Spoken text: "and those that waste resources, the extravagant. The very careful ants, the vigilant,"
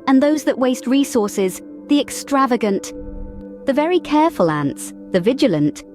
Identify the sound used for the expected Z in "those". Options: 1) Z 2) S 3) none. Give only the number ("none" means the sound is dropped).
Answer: 1